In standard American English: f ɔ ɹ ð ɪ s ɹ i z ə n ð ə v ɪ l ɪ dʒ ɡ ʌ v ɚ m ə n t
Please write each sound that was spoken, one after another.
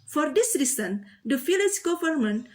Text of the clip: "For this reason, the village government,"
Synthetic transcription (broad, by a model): f ɔ ɹ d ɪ s ɹ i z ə n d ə f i l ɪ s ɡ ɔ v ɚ m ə n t